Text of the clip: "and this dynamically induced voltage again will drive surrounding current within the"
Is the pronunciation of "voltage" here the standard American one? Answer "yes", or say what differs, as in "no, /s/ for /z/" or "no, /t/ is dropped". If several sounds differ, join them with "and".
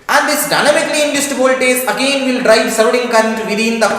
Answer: no, /z/ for /dʒ/